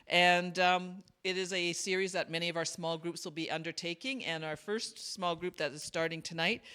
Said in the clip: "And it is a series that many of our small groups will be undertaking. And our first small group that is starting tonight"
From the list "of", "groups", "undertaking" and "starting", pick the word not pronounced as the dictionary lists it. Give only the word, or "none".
none